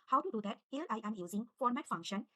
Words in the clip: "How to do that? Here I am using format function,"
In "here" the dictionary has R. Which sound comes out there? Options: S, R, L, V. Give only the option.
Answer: L